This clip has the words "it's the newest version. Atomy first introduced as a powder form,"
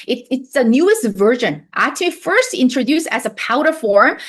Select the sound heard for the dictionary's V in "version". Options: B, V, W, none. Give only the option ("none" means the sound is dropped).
V